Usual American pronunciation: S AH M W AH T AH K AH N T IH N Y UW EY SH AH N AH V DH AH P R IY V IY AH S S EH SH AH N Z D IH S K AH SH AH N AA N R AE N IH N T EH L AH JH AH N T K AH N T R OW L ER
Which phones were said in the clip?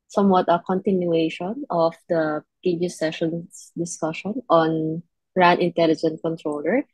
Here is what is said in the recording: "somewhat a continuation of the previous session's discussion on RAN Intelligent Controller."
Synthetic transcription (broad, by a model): S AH M W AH T AH K AH N T IH N Y UW EY SH AH N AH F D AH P IY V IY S S EH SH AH N S D IH S K AH SH AH N AA N R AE N IH N T EH L AH JH AH N T K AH N T R OW L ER